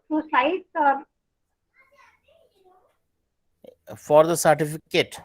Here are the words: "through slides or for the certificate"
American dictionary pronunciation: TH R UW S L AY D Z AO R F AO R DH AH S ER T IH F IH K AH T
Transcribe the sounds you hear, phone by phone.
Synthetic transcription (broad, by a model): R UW S AY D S AO R F AO R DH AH S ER T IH F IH K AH T